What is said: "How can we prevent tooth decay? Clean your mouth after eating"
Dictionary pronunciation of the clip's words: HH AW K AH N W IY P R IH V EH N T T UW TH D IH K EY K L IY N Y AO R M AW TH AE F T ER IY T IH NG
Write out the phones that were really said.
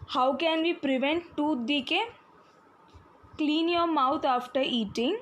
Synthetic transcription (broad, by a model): HH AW K AH N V IY P R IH V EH N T T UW D IH K EY K L IY N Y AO M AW T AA F T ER IY T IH NG